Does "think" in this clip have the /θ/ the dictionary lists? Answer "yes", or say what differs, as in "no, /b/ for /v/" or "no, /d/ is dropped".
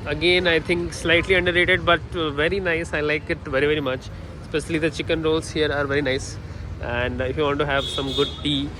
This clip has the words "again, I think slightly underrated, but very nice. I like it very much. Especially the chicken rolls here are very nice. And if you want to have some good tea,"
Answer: no, /t/ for /θ/